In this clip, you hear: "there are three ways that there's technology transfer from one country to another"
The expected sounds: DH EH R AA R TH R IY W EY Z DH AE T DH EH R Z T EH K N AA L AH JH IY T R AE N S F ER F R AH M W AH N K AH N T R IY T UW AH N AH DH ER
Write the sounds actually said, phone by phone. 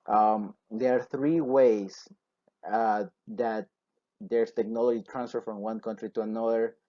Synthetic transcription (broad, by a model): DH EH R AA R TH R IY W EY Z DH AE T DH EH R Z T EH K N AA L AH JH IY T R AE N S F ER F R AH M W AH N K AH N T R IY T UW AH N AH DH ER